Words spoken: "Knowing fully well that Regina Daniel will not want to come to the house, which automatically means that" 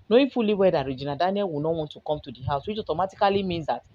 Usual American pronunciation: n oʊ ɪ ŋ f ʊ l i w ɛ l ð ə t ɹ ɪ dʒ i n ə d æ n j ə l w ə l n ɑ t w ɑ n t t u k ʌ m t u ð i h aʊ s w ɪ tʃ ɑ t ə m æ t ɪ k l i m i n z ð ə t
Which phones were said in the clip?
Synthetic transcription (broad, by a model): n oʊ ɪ f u l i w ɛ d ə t ɹ ɪ dʒ i n ə d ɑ n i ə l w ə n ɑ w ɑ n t t u k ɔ m t u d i h aʊ s w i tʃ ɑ t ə m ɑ t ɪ k l i m i n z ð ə t